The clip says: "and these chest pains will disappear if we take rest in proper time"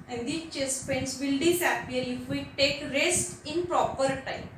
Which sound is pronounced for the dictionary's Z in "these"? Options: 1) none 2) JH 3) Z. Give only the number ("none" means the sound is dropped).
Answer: 1